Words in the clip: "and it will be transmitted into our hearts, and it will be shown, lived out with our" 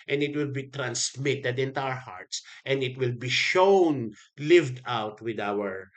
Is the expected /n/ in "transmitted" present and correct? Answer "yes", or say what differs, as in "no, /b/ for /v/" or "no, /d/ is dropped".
yes